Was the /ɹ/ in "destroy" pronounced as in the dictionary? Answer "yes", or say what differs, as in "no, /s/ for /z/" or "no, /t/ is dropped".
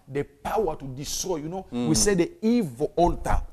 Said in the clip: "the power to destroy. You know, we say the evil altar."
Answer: yes